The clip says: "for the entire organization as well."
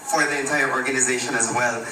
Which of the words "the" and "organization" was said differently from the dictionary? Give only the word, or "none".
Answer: none